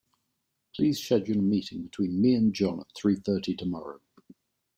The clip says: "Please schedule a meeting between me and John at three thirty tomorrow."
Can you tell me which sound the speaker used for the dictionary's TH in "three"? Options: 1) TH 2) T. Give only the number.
1